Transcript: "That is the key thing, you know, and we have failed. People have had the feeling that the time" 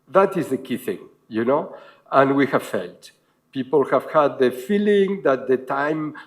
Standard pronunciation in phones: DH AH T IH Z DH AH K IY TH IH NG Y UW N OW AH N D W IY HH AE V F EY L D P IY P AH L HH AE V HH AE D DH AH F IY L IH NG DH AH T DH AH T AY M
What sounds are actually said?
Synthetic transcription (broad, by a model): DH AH T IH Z DH AH K IY TH IH NG Y UW N OW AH N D W IY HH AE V F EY L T P IY P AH L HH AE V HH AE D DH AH F IY L IH NG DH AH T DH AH T AY M